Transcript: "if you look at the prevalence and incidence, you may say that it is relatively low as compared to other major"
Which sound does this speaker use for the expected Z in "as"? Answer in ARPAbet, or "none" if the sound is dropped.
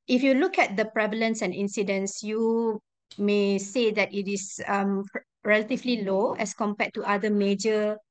S